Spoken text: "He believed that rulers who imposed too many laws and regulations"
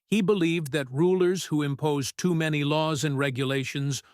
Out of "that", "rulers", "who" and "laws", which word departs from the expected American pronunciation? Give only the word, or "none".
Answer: none